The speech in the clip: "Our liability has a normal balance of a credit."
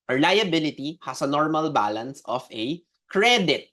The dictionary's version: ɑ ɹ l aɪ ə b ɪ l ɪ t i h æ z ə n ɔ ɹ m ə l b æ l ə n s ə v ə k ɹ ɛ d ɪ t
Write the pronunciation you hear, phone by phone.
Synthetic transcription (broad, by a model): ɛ l aɪ ə b ɪ l ɪ t i h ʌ s ə n ɔ ɹ m ə l b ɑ l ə n s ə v ə k ɹ ɛ d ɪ t